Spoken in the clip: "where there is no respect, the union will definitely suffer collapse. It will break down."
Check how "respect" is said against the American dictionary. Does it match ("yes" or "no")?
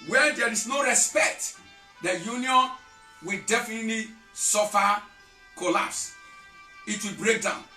yes